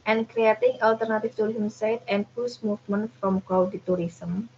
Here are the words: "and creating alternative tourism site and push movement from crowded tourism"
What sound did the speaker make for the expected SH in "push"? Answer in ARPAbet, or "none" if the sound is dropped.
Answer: S